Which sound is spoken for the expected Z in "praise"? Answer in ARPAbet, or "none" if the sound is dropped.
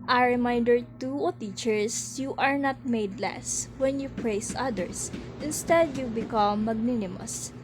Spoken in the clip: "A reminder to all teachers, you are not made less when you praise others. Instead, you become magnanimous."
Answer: S